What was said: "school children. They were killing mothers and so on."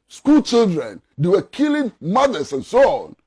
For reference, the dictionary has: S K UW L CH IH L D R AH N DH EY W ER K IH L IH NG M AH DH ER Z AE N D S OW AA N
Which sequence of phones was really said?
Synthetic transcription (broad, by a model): S K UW L CH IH L D R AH N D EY W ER K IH L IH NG M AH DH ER S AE N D S OW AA N